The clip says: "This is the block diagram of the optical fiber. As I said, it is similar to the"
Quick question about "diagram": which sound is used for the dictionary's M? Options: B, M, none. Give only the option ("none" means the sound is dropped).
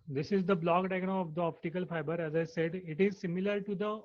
none